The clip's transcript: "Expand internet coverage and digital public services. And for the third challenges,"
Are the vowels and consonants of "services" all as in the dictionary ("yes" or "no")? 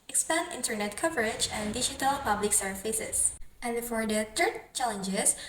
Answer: no